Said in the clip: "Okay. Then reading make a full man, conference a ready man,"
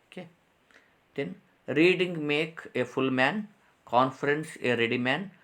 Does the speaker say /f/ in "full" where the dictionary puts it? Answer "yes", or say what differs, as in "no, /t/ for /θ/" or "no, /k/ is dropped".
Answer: yes